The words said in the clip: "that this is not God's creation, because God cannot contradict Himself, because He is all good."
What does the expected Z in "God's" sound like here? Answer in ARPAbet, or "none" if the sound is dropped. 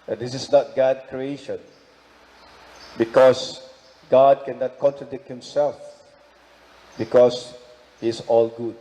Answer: none